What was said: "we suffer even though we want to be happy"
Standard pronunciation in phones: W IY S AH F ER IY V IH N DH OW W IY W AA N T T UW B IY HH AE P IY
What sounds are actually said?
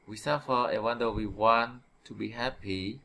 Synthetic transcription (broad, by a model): W IY S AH F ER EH W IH N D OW W IY W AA N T T UW B IY HH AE P IY